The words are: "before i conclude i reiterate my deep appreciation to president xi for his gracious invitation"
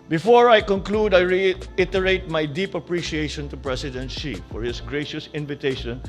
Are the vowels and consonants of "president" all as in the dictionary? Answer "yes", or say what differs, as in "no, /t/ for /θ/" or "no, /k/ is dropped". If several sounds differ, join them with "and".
no, /s/ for /z/